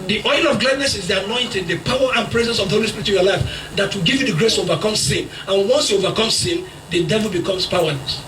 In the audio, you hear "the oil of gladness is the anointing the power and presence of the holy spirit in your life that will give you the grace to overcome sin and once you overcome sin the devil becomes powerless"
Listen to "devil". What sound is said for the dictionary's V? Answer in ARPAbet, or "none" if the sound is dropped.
V